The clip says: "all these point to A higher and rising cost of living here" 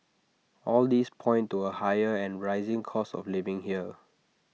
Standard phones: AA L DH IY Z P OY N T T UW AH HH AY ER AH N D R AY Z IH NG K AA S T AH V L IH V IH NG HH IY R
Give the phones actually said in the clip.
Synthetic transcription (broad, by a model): AA L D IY S P OY N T T UW AH HH AY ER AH N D R AY Z IH NG K AA S AH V L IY V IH NG HH IY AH